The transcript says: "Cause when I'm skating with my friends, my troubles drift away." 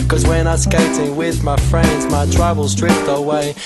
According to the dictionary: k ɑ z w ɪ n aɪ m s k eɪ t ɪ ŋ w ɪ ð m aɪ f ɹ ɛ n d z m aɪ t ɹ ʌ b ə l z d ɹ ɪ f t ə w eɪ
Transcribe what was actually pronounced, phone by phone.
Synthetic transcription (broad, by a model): k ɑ z w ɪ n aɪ s k eɪ t ɪ ŋ w ɪ ð m aɪ f ɹ ɛ n d z m aɪ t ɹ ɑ ə l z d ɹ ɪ p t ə w eɪ